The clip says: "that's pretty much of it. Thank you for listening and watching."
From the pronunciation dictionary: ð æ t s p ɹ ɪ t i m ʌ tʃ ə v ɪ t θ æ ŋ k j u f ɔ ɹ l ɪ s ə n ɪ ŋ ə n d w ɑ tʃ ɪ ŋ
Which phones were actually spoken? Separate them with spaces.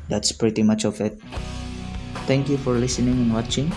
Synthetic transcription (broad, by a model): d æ t s p ɹ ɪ t i m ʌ tʃ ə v ɪ t t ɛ ŋ k j u f ɔ ɹ l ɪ s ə n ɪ ŋ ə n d w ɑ tʃ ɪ ŋ